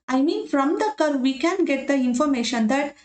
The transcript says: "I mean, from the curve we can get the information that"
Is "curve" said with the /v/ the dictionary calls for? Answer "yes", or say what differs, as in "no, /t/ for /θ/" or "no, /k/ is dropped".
yes